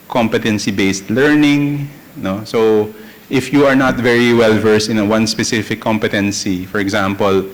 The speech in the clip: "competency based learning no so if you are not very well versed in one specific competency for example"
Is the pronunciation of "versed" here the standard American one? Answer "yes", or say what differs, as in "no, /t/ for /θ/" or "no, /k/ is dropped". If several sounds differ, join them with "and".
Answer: no, /t/ is dropped